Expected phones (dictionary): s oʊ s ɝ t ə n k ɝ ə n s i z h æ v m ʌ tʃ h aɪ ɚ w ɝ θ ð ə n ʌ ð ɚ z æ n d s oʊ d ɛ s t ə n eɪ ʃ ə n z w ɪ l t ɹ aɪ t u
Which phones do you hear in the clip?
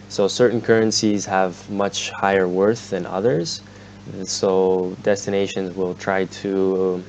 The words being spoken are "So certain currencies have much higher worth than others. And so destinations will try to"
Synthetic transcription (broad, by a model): s oʊ s ɝ t n k ɝ ə n s i z h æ v m ʌ tʃ h aɪ ɚ w ɝ θ ð ə n ʌ ð ɚ z s oʊ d ɛ s t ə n eɪ ʃ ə n z w ɪ l t ɹ aɪ t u